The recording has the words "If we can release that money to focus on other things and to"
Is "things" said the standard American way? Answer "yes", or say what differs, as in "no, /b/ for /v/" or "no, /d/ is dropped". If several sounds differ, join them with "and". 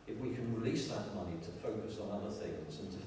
yes